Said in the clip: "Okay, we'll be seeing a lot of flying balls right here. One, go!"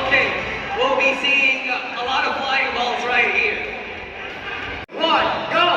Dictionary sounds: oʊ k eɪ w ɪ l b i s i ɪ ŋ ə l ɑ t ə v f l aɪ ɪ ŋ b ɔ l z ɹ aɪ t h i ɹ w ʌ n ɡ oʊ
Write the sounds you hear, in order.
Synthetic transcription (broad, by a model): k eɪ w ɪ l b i s i ɪ ŋ ə l ɑ t ə v p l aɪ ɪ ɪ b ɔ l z ɹ aɪ t h i ɹ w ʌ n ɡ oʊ